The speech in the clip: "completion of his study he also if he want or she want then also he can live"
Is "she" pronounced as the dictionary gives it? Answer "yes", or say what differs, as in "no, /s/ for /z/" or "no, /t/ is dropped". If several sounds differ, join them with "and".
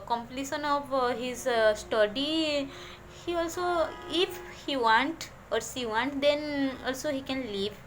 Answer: no, /s/ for /ʃ/